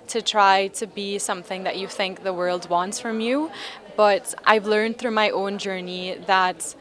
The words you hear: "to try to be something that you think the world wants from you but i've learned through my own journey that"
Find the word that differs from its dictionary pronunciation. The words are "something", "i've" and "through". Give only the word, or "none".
none